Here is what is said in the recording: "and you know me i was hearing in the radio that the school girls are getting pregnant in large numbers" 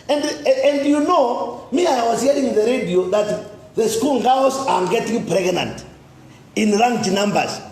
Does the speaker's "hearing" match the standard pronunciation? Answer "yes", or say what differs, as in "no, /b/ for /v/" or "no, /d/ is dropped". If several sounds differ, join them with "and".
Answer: no, /ɹ/ is dropped